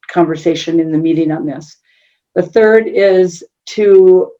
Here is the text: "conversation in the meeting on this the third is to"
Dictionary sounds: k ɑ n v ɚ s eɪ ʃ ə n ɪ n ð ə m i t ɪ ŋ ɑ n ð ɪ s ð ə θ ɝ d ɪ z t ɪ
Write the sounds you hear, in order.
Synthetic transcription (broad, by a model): k ɑ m v ɚ s eɪ ʃ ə n ɪ n ð ə m i t ɪ ŋ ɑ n ð ɪ s ð ə θ ɝ d ɪ z t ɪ